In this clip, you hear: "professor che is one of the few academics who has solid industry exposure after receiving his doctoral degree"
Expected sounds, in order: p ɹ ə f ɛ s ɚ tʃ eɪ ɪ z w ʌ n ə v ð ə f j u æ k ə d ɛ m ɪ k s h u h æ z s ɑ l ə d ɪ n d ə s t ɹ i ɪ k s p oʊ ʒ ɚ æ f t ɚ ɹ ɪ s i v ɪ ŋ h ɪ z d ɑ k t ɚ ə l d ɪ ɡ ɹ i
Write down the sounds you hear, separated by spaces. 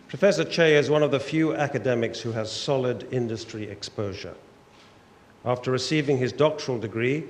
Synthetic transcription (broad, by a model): p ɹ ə f ɛ s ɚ tʃ eɪ ɪ z w ʌ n ə v ð ə f j u æ k ə d ɛ m ɪ k s h u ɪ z s ɑ l ə d ɪ n d ə s t ɹ i ɪ k s p oʊ ʒ ɚ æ f t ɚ ɹ ɪ s i v ɪ ŋ ɪ z d ɑ k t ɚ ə l d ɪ ɡ ɹ i